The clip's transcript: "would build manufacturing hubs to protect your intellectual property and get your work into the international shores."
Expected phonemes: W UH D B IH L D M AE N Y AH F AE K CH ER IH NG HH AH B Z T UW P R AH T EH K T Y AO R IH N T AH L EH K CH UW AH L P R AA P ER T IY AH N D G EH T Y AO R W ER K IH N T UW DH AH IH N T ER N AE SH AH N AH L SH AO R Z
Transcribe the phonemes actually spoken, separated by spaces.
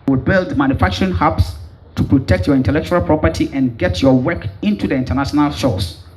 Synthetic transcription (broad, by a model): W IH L B IH L D M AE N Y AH F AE K CH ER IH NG HH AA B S T UW P R AH T EH K T Y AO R IH N T AH L EH K CH UW AH L P R AA P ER T IY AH N G EH T Y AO W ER K IH N T UW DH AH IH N T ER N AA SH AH N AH L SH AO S